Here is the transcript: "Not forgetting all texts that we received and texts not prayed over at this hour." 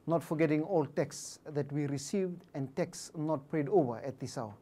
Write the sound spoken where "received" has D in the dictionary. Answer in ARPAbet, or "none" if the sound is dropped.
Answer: D